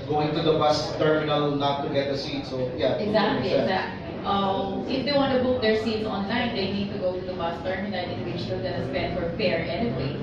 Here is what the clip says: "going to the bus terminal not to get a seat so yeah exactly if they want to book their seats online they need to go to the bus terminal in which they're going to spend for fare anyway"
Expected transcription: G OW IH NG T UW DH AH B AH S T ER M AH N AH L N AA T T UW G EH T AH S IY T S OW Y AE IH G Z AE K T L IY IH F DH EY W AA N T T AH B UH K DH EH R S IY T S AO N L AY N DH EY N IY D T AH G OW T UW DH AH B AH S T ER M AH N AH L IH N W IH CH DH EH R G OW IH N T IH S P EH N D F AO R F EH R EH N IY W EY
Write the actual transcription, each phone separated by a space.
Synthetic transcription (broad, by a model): G OW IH NG T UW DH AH B AH S T ER M AH N AH L N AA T T UW G EH T AH S IY T S OW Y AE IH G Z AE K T L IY IH F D EY W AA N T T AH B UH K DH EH R S IY T S AO N L AY N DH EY N IY D T AH G OW T UW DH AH B AH S T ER M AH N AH N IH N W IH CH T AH L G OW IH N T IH S P EH N D F AO R F EH R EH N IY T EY